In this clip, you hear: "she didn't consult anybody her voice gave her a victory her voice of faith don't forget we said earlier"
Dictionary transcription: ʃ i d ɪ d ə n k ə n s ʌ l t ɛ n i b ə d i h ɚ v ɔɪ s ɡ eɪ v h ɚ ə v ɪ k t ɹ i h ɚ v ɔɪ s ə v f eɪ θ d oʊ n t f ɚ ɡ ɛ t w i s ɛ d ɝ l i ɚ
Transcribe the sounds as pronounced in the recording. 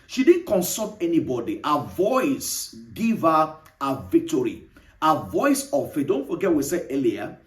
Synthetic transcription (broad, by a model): ʃ i d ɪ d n k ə n s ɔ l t ɛ n i b ə d i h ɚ v ɔɪ s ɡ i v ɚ ə v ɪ k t ɹ i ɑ v ɔɪ s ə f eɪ d oʊ n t f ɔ ɡ ɛ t w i s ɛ ɝ l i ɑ